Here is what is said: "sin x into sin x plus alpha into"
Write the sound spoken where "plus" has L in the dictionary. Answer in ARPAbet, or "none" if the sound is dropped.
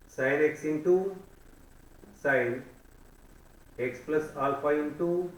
L